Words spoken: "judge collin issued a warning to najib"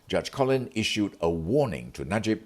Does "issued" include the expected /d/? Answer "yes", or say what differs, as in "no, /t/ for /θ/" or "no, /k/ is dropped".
yes